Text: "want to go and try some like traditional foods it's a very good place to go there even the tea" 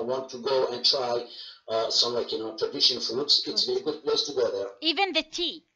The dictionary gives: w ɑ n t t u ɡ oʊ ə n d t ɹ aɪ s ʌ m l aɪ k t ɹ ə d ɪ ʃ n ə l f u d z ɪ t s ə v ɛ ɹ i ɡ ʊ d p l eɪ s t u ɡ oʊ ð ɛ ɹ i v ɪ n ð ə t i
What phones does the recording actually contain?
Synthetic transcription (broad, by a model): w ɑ n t t u ɡ oʊ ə n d t ɹ aɪ s ʌ m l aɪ k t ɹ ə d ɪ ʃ ə n f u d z ɪ t s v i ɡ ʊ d p l eɪ s t u ɡ oʊ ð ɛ ɹ i v ɪ n ð ə t i